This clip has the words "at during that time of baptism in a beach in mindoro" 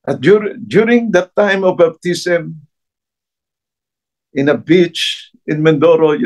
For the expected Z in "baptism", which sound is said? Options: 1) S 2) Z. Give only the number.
1